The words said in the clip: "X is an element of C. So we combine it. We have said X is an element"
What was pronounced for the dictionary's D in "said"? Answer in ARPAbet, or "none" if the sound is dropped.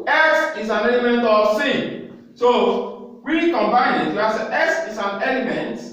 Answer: none